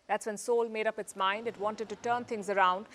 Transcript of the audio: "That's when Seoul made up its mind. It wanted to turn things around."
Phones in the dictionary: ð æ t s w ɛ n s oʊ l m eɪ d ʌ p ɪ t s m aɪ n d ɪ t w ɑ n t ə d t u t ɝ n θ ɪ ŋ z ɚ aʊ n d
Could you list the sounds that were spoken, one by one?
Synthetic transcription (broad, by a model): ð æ t s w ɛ n s oʊ l m eɪ d ʌ p ɪ t s m aɪ n d ɪ t w ɑ n t ə d t u t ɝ n t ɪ ŋ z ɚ aʊ n d